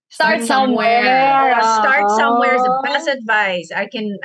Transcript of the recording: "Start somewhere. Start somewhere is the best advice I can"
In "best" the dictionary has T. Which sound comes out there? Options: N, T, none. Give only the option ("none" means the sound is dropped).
none